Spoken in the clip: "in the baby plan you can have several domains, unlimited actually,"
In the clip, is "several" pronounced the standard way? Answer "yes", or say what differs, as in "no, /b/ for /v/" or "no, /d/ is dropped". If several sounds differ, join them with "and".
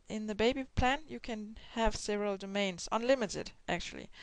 yes